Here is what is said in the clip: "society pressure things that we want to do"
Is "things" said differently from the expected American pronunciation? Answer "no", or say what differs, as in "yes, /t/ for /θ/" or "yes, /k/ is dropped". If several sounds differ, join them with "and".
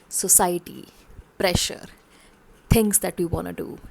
yes, /t/ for /θ/